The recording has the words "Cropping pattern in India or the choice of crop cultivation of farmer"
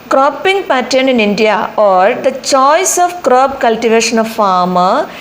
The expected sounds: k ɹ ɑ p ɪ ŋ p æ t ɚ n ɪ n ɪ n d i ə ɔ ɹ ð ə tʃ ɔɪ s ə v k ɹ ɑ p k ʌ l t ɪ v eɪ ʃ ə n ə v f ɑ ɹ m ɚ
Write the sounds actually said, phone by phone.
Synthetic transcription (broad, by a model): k ɹ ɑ p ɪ ŋ p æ t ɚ n ɪ n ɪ n d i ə ɔ ɹ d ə tʃ ɔɪ s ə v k ɹ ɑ b k ʌ l t ɪ v eɪ ʃ ə n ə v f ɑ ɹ m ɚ